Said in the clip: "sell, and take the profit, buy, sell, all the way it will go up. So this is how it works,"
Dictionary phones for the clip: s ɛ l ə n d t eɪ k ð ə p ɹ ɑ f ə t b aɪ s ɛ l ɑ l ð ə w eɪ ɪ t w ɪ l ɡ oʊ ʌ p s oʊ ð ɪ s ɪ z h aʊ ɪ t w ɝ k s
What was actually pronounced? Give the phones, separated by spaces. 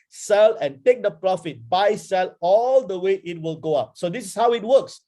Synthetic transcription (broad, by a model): s ɛ l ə n t eɪ k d ə p ɹ ɑ f ə t b aɪ s ɛ l ɑ l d ə w eɪ ɪ t w ɪ l ɡ oʊ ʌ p s oʊ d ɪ s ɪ s h aʊ ɪ t w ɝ k s